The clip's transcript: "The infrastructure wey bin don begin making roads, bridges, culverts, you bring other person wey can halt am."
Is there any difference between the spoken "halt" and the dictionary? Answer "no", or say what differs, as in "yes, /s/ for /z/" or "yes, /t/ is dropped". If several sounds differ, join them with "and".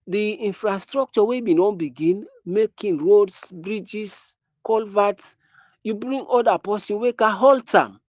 no